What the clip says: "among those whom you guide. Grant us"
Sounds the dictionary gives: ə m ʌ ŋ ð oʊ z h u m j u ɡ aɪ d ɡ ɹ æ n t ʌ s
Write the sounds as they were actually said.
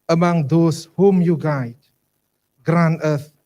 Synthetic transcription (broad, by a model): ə m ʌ ŋ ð oʊ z h u m j u ɡ aɪ d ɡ ɹ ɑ n ʌ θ